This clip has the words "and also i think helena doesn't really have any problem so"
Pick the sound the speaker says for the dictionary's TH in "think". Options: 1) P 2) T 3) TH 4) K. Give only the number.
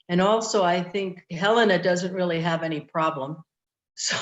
3